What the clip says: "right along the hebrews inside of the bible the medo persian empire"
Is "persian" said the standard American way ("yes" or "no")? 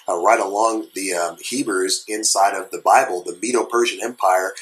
yes